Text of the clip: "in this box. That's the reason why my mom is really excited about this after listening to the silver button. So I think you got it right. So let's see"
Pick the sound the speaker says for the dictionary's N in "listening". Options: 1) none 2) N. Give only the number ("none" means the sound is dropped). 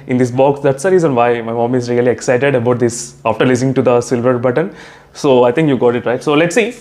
1